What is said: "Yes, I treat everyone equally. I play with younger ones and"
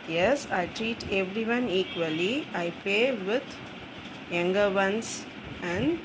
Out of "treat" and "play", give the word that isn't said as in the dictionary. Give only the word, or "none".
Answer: play